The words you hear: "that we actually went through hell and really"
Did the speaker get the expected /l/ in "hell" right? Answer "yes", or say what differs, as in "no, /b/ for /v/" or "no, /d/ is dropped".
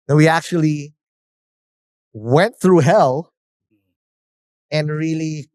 yes